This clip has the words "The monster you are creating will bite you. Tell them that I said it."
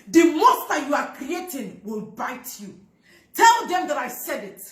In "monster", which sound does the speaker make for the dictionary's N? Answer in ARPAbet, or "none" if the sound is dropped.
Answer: none